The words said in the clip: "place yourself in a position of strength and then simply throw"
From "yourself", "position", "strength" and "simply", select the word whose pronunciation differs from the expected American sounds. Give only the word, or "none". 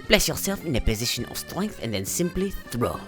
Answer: none